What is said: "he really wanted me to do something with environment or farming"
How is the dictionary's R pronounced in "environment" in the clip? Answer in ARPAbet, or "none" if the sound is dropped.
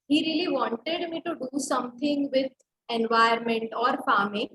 none